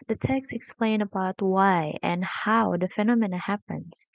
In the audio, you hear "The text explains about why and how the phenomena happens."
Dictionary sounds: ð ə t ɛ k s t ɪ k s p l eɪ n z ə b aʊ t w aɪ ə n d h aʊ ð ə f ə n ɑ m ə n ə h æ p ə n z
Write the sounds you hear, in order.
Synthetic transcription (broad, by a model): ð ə t ɛ k s t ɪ k s p l eɪ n ə b aʊ t w aɪ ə n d h aʊ ð ə f ə n ɑ m ə n ə h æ p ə n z